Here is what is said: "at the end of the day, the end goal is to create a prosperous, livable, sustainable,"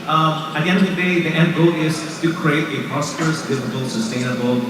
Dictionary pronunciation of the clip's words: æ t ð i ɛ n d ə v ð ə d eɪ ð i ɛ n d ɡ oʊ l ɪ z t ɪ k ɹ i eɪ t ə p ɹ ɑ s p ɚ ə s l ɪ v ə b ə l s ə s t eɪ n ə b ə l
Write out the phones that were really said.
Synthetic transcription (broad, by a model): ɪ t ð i ɛ n d ə v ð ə d eɪ ð i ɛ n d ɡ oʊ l ɪ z t ɪ k ɹ i eɪ t ə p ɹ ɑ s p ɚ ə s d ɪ f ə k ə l s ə s t eɪ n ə b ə l